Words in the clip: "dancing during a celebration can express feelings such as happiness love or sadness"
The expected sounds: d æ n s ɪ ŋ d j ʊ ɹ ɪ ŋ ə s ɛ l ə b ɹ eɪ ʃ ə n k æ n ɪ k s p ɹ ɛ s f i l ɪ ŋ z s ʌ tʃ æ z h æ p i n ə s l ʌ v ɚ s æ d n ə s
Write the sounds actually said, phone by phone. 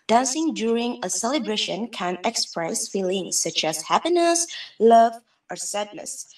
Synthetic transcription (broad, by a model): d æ n s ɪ ŋ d j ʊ ɹ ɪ ŋ ə s ɛ l ə b ɹ eɪ ʃ ə n k æ n ɪ k s p ɹ ɛ s f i l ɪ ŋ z s ʌ tʃ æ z h æ p i n ə s l ʌ v ɚ s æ d n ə s